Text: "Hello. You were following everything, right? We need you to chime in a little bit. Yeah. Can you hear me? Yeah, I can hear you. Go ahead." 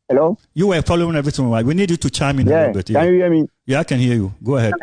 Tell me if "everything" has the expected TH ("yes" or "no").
no